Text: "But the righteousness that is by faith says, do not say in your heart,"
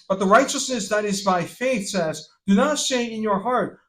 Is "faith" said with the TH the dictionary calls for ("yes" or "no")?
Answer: yes